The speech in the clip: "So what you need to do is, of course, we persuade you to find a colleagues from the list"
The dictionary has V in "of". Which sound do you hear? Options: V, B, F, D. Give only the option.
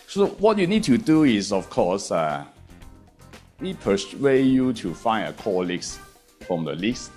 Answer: F